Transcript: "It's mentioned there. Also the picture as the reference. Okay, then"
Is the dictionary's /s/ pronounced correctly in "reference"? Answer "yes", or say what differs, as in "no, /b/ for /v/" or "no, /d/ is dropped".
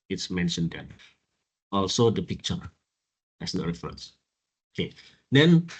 yes